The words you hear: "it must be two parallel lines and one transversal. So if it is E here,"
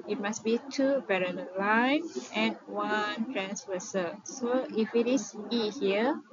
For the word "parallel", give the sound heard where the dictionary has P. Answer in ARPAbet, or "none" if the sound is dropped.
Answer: B